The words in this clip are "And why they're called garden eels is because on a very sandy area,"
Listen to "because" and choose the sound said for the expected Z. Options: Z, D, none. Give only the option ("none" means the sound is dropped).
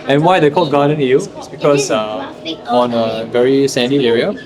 none